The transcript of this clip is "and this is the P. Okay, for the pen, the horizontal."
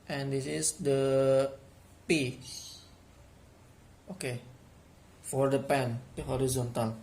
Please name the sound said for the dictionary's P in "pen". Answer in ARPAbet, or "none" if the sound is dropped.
P